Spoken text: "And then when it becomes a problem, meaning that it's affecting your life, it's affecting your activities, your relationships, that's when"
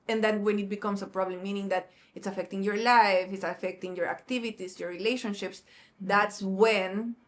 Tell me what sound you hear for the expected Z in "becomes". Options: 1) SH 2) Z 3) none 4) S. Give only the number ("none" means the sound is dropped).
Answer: 4